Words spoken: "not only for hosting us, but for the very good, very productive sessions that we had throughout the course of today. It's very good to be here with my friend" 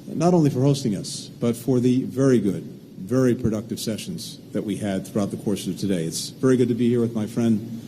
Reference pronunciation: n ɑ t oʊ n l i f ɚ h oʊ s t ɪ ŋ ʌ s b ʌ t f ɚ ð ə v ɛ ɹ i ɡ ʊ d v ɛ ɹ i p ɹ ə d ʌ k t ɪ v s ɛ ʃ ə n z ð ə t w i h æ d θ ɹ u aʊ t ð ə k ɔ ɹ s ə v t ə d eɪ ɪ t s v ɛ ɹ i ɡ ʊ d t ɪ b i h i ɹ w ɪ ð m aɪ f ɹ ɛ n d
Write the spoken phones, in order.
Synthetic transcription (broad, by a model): n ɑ t oʊ n l i f ɚ h oʊ s t ɪ ŋ ʌ s b ʌ t f ɚ ð ə v ɛ ɹ i ɡ ʊ d v ɛ ɹ i p ɹ ə d ʌ k t ɪ v s ɛ ʃ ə n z ð ə t w i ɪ d θ ɹ u aʊ t ð ə k ɔ ɹ s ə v t ə d eɪ ɪ t s v ɛ ɹ i ɡ ʊ d t ɪ b i h i ɹ w ɪ ð m aɪ f ɹ ɛ n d